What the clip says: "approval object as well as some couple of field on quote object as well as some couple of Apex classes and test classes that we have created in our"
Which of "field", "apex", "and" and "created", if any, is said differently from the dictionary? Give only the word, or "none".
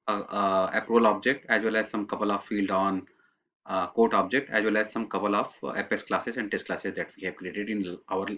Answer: apex